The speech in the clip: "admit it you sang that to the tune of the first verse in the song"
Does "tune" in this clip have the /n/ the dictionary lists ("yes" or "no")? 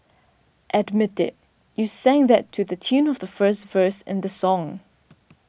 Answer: yes